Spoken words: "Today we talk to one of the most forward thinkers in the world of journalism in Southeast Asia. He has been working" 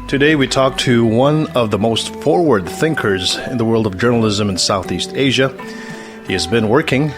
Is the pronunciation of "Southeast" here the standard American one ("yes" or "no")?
yes